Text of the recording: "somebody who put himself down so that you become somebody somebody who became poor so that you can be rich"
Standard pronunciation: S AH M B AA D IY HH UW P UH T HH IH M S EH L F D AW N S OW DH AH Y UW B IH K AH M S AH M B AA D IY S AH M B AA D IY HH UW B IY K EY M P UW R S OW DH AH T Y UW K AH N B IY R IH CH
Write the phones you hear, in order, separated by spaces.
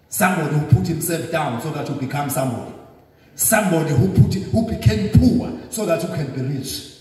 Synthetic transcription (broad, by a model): S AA M B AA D IY HH UW P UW T HH IH M S EH L F D AW N S OW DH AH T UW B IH K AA M S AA M B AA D IY S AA M B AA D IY HH UW B IY K EY M P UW W S OW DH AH T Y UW K AH N B IY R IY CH